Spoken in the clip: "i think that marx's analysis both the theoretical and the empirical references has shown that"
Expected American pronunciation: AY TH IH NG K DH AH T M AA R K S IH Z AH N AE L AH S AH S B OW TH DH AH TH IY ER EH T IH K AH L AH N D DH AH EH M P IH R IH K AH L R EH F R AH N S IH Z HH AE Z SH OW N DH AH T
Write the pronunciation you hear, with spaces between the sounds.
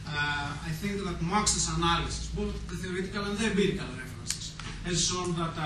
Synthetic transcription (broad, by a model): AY TH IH NG K DH AH T M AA K S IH S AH N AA L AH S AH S B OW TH DH AH TH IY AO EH T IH K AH L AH N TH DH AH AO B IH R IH K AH L R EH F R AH N S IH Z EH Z S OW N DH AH T